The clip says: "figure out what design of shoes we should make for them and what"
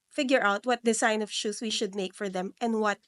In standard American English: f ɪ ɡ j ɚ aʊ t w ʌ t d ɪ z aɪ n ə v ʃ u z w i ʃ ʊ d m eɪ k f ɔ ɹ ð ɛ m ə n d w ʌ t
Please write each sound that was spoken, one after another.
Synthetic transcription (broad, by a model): f ɪ ɡ j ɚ aʊ t w ʌ t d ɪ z aɪ n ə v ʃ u s w i ʃ ʊ d m eɪ k f ɔ ɹ ð ɛ m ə n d w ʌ t